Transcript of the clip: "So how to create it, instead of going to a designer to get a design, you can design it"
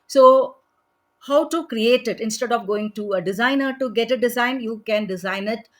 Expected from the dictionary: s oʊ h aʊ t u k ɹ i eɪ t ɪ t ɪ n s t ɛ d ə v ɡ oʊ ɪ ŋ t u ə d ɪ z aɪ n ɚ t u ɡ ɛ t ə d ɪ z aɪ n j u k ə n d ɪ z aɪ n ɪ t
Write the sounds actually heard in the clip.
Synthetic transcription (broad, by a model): s oʊ h aʊ t u k ɹ i eɪ t ɪ t ɪ n s t ɛ d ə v ɡ oʊ ɪ ŋ t u ə d ɪ z aɪ n ɚ t u ɡ ɛ t ə d ɪ z aɪ n j u k ə n d ɪ z aɪ n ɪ t